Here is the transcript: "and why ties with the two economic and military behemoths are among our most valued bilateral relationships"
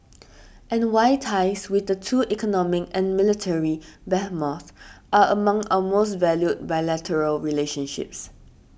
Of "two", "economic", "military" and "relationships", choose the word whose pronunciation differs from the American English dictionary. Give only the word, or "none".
none